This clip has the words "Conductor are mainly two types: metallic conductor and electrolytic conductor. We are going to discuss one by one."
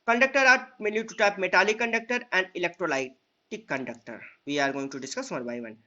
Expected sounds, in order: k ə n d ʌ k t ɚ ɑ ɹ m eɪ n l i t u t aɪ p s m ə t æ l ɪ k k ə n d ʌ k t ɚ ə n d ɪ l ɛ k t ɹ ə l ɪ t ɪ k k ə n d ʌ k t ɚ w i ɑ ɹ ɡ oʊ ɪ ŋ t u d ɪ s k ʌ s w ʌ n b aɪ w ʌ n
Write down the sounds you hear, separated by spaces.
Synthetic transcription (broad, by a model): k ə n d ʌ k t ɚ ɑ ɹ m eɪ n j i t u t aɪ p m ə t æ l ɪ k k ə n d ʌ k t ɚ ə n d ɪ l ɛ k t ɹ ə l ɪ t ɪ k k ə n d ʌ k t ɚ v i ɑ ɹ ɡ oʊ ɪ ŋ t u d ɪ s k ʌ s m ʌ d b aɪ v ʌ n